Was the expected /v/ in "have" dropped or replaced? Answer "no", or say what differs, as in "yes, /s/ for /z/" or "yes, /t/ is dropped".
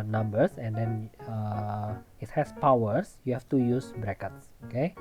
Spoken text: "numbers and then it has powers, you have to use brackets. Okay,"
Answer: yes, /f/ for /v/